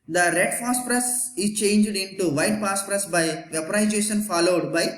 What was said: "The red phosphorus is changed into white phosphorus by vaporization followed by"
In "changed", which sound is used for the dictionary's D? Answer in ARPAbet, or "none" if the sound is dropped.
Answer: D